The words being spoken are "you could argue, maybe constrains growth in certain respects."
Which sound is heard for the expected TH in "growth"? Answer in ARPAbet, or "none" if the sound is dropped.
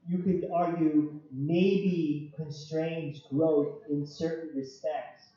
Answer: TH